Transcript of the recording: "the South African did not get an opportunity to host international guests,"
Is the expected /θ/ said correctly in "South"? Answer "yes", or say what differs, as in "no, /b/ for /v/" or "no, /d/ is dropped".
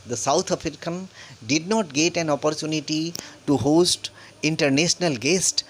no, /t/ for /θ/